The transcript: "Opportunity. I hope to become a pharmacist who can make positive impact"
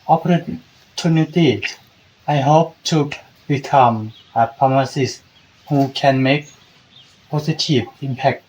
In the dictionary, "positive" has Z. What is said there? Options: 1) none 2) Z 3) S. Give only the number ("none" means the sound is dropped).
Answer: 3